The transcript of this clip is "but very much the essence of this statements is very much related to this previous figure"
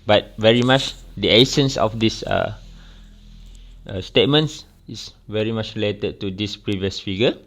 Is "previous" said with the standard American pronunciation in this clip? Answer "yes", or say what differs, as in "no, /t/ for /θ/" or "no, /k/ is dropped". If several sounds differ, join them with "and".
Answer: yes